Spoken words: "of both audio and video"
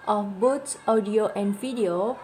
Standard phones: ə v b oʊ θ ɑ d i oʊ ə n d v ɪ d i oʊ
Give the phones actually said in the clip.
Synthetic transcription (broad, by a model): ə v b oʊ s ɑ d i oʊ ə n d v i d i oʊ